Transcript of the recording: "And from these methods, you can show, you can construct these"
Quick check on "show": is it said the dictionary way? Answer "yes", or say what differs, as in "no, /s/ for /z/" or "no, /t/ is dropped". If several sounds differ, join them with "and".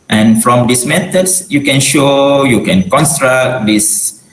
yes